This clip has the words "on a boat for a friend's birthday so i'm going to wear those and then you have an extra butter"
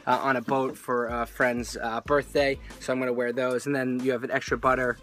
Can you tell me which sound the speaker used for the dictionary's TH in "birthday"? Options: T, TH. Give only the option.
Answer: TH